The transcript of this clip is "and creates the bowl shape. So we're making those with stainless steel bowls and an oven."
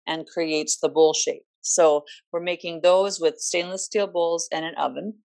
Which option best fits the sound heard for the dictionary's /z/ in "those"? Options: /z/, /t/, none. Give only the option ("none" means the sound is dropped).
/z/